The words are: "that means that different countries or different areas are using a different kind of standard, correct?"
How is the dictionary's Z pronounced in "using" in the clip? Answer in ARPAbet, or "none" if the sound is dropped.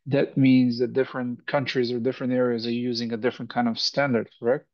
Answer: Z